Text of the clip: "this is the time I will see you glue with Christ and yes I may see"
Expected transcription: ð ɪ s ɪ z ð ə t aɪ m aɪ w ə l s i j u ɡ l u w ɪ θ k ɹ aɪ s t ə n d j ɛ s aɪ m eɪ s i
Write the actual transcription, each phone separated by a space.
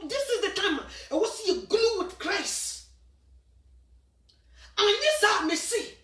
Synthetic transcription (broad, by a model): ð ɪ s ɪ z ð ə t aɪ m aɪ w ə s i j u ɡ l u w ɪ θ k ɹ aɪ s ə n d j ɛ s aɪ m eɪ s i